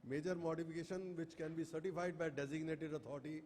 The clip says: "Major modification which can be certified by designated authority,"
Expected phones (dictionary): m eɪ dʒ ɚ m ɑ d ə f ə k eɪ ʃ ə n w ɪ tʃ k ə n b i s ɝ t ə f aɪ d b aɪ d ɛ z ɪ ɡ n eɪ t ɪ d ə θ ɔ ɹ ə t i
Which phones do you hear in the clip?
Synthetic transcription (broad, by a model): m eɪ dʒ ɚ m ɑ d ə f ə k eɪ ʃ ə n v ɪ tʃ k ə n b i s ɝ t ə f aɪ d b aɪ d ɛ z ɪ ɡ n eɪ t ɪ d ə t ɔ ɹ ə t i